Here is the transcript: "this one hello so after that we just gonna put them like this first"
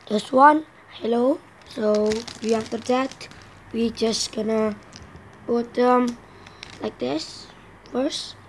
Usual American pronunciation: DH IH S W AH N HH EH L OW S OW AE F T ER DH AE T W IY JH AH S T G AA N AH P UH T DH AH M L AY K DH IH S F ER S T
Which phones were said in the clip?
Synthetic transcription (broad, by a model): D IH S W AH N HH EH L OW S OW AE F T ER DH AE T W IY JH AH S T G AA N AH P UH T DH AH M L AY K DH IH S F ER S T